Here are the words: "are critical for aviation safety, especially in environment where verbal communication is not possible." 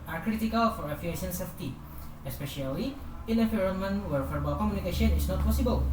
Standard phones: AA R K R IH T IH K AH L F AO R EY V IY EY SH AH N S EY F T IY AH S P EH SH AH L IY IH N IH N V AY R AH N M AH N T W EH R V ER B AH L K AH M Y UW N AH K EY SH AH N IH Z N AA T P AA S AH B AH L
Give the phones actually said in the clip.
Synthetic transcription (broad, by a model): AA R K R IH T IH K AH L F AO R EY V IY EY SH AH N S EY F T IY AH S P EH SH AH L IY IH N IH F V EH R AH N M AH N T W EH R F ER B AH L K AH M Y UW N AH K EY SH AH N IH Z N AA T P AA S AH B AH L